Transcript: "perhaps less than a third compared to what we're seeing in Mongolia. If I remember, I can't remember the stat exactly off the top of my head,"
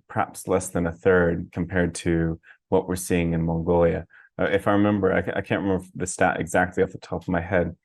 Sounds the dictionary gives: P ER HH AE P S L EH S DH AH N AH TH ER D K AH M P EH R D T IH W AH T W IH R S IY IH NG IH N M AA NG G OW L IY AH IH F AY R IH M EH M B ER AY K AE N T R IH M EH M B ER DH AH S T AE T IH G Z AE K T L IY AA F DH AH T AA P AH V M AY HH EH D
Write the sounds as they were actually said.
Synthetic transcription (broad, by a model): P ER HH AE P S L EH S DH AH N AH TH ER D K M P EH R D T IH W AH T W IH R S IY IH NG IH N M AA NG G OW L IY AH IH F AY R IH M EH M B ER AY K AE N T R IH M EH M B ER DH AH S T AE T IH G Z AE K T L IY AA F DH AH T AA P AH V M AY HH EH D